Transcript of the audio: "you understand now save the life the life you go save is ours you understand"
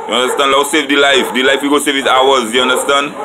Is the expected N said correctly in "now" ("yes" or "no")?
no